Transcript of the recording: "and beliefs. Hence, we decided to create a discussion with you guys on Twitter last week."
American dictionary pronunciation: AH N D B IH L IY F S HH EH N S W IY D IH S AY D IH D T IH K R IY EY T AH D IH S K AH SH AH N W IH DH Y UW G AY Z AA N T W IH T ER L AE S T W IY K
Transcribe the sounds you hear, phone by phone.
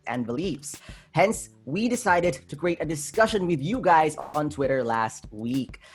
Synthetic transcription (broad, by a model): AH N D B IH L IY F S HH EH N S W IY D IH S AY D IH D T IH K R IY EY T AH D IH S K AH SH AH N W IH DH Y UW G AY Z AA N T W IH T ER L AE S T W IY K